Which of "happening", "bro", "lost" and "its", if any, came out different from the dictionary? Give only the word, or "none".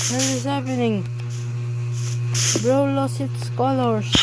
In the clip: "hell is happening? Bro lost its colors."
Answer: lost